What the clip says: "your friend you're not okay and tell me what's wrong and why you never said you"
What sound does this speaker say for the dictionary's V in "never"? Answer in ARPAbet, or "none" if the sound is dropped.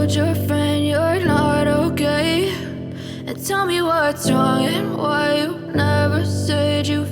V